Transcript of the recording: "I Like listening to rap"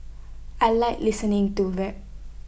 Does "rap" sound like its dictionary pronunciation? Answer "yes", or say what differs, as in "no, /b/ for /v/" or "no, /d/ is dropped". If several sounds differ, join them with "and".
no, /w/ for /ɹ/